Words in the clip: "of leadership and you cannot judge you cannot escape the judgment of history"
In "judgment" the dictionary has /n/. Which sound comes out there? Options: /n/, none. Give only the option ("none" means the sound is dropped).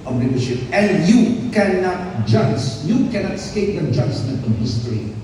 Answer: none